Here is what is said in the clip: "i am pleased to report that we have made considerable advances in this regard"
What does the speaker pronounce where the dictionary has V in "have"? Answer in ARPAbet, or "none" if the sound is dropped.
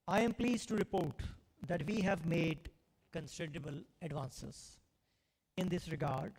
V